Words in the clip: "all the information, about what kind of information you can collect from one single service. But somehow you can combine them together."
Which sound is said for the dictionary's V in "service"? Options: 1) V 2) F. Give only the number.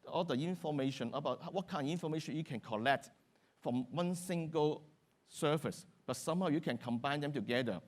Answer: 2